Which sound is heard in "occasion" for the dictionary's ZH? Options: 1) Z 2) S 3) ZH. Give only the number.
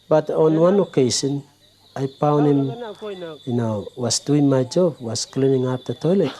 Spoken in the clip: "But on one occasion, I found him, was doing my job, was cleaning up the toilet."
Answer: 2